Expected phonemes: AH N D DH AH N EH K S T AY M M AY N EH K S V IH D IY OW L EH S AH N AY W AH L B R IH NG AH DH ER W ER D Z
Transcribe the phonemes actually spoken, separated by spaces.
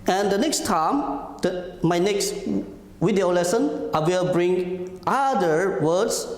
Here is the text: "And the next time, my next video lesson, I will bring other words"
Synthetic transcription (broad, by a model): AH N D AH N EH K S T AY M M AY N EH K S W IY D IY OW L EH S AH N AY W AH L B R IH NG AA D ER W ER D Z